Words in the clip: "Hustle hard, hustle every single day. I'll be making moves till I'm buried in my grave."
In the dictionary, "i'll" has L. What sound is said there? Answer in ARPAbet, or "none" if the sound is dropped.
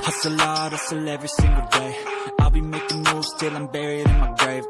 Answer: L